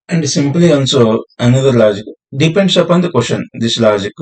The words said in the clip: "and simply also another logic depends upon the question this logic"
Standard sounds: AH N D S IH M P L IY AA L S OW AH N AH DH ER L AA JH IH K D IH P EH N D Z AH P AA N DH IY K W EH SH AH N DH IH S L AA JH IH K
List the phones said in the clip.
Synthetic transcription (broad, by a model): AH N D S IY M P L IY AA N S OW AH N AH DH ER L AA JH IH K D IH P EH N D S AH P AA N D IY K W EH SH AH N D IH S L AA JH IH K